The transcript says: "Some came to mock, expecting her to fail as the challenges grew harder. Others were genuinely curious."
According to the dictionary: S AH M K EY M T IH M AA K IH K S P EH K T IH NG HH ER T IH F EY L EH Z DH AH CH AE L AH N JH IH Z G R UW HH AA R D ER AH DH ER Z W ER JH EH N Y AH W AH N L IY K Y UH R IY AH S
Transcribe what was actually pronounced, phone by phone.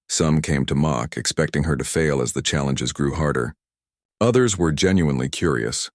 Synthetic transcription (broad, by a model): S AH M K EY M T IH M AA K IH K S P EH K T IH NG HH ER T IH F EY L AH Z DH AH CH AE L AH N JH IH Z G R UW HH AA R D ER AH DH ER Z W ER JH EH N Y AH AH N L IY K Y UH R IY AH S